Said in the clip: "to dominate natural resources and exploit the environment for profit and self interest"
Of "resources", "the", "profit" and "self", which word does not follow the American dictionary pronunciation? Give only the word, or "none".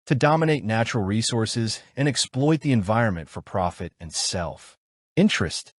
none